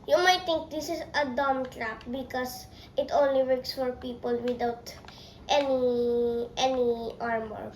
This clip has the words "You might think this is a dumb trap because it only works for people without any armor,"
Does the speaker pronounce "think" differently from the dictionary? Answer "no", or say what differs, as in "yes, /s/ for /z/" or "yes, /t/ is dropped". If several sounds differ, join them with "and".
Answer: yes, /t/ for /θ/